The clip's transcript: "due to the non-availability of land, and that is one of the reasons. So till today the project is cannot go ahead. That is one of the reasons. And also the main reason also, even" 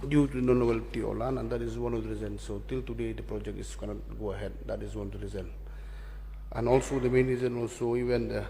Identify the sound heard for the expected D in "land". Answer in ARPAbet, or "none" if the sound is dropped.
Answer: none